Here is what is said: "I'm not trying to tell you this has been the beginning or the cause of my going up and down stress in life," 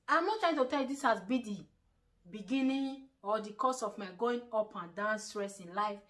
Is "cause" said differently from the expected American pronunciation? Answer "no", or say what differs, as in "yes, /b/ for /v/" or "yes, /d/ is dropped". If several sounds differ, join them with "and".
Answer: yes, /s/ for /z/